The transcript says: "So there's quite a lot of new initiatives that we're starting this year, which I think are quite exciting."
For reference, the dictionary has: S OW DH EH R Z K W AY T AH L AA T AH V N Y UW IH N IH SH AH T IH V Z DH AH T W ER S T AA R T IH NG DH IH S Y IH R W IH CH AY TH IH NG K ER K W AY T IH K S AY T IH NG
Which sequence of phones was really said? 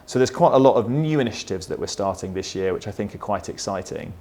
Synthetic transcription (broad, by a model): S OW DH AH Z K W AY T AH L AA T AH V N Y UW IH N IH SH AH T IH V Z DH AH T W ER S T AA T IH NG DH IH S Y IH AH W IH CH AY TH IH NG K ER K W AY T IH K S AY T IH NG